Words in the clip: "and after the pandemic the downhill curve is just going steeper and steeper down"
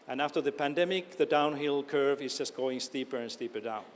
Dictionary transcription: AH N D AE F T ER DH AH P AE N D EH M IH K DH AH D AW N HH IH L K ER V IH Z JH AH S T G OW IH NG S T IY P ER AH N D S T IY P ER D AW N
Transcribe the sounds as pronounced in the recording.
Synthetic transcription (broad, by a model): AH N AE F T ER DH AH P AE N D EH M IH K DH AH D AW N HH IH L K ER V IH Z JH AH S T G OW IH NG S T IY P ER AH N S T IY P ER D AW N